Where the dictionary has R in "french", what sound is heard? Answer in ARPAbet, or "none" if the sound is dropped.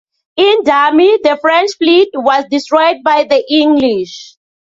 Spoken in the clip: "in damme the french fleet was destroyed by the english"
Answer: R